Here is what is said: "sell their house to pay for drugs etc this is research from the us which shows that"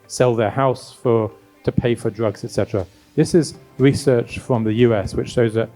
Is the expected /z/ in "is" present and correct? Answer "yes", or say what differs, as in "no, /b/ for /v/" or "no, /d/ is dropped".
yes